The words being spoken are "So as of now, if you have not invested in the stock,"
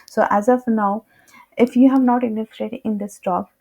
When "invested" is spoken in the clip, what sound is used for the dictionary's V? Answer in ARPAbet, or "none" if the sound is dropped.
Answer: none